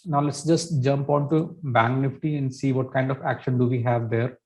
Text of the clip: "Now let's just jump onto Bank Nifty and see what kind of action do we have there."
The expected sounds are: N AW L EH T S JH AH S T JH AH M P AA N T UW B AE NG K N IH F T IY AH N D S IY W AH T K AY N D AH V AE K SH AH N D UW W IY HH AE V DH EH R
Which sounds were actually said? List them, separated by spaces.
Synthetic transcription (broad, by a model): N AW L EH T S JH AH S T JH AH M P AA N T UW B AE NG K N IH F T IY AH N D S IY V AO T K AY N D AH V AE K SH AH N D UW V IY HH AE V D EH R